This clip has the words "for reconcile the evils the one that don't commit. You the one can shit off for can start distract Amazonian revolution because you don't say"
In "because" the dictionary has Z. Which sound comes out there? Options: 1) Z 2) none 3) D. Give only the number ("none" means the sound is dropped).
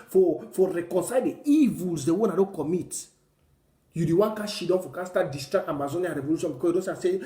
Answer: 2